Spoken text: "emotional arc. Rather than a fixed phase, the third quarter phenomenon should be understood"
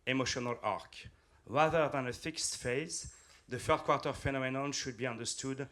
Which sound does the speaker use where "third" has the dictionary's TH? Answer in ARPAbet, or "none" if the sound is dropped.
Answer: F